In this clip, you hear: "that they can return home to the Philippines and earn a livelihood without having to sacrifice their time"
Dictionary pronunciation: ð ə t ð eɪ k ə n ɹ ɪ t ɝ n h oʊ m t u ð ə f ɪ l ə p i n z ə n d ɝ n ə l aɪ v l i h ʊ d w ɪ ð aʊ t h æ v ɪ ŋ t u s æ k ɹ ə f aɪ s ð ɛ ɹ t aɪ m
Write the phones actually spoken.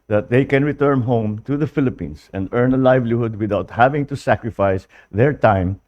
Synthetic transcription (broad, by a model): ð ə t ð eɪ k ə n ɹ ɪ t ɝ n h oʊ m t u ð ə f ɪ l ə p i n s ə n d ɝ n ə l aɪ v l i h ʊ d w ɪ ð aʊ t h æ v ɪ ŋ t u s æ k ɹ ə f aɪ s ð ɛ ɹ t aɪ m